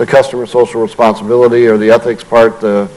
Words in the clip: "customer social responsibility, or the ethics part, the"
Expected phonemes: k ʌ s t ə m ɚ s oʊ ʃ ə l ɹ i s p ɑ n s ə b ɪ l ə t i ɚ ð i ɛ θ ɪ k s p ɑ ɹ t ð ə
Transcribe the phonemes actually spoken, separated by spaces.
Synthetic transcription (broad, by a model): k ʌ s t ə m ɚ s oʊ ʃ l ɹ i s p ɑ n s ə b ɪ l ə t i ɚ ð i ɛ θ ɪ k s p ɑ ɹ t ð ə